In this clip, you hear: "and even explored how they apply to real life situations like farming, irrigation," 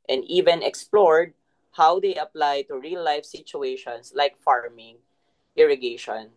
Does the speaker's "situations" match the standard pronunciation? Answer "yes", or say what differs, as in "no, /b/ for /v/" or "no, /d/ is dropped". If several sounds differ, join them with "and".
no, /s/ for /z/